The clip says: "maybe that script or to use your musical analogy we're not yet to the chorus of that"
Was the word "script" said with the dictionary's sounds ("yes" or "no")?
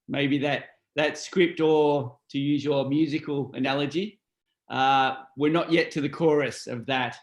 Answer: yes